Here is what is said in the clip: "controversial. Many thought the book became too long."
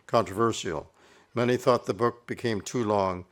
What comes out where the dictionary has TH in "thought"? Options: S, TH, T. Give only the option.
TH